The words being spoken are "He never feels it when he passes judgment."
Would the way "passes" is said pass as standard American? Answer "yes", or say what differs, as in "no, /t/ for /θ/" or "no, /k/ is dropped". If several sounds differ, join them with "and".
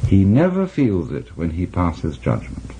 yes